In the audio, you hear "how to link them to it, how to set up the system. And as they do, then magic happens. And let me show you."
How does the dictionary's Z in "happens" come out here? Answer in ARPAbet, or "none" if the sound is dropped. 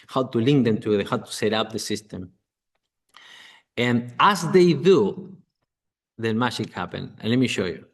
none